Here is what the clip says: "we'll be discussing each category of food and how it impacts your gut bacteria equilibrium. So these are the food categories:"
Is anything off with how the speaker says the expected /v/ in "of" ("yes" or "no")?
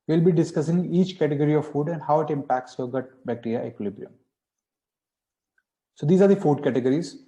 no